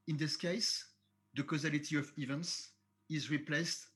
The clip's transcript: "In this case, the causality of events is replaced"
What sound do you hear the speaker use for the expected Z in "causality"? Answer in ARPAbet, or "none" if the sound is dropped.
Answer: Z